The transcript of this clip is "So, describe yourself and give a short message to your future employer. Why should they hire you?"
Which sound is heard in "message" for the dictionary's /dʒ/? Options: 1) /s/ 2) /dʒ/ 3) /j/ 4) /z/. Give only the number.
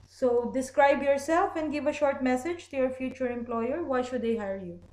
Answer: 2